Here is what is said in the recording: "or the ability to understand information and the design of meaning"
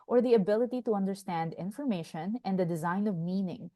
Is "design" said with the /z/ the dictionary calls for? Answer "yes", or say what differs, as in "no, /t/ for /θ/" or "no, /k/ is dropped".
yes